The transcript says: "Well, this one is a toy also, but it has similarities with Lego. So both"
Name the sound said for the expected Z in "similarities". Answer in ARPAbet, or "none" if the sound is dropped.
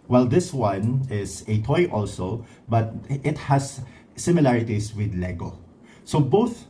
S